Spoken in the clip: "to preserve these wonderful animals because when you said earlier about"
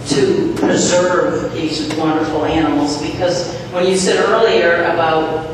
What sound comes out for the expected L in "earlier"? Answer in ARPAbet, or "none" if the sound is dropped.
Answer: L